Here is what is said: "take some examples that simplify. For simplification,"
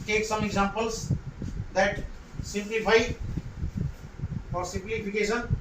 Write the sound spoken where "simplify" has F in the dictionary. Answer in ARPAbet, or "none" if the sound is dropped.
P